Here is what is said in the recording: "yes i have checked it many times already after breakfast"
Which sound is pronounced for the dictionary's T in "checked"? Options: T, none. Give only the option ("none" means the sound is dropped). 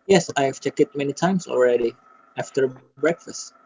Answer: none